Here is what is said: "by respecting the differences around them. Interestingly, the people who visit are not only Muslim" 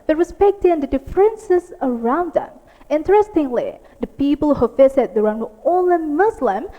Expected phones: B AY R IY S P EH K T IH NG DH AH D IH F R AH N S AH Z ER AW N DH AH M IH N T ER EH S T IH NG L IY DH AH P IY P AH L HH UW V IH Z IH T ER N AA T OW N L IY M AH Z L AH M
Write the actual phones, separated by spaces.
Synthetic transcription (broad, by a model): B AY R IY S P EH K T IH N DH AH D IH F R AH N S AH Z ER AW N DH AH M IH N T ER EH S T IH NG L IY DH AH P IY P AH L HH UW F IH S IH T ER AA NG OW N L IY M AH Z L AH M